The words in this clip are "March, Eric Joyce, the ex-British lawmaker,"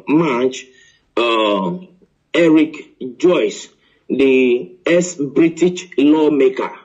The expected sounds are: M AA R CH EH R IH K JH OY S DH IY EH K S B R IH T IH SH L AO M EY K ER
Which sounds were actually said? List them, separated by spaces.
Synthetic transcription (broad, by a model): M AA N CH EH R IH K JH OY S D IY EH S B R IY T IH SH L AO M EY K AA